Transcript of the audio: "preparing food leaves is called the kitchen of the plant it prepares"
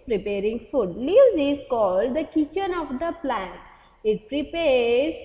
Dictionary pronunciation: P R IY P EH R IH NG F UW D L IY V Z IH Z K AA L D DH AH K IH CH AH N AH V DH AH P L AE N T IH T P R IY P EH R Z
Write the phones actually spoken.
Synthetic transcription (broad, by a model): P R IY P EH R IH NG F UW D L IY Z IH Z K AA L D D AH K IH CH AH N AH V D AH P L AE N T IH T P R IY P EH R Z